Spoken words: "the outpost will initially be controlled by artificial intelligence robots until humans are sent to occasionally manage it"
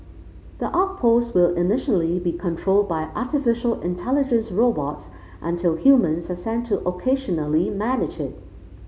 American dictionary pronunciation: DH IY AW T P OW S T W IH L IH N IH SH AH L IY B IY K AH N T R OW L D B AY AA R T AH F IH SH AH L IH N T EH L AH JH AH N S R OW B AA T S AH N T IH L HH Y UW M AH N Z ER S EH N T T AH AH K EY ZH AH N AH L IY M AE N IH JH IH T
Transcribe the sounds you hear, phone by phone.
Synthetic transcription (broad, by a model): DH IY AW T P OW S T W IH L IH N IH SH AH L IY B IY K AH N T R OW L D B AY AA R T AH F IH SH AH L IH N T EH L AH JH AH N S R OW B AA T S AH N T IH L HH Y UW M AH N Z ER S EH N T T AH AH K EY ZH AH N AH L IY M AE N IH JH IH T